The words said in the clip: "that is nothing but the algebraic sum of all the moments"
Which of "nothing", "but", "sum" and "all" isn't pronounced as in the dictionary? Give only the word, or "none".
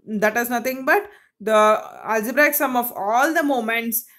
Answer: nothing